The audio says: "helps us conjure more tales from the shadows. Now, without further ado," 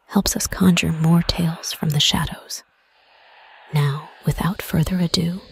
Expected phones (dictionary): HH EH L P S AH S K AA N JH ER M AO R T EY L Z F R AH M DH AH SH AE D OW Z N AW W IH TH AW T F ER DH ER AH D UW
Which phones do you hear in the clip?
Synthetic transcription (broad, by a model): HH EH L P S AH S K AA N JH ER M AO R T EY L Z F R AH M DH AH SH AE D OW Z N AW W IH TH AW T F ER DH ER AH D UW